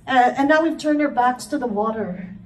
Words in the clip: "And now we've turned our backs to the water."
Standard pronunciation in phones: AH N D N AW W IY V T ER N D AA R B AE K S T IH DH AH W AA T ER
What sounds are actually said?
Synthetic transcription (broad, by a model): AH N N AW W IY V T ER N AA R B AE K S T IH DH AH W AA T ER